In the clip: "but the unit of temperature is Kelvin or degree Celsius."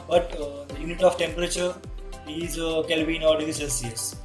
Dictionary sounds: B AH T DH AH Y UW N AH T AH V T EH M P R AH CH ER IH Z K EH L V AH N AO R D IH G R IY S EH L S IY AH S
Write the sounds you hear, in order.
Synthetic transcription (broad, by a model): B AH T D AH Y UW N AH T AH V T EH M P R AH CH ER IH Z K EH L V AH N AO L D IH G IY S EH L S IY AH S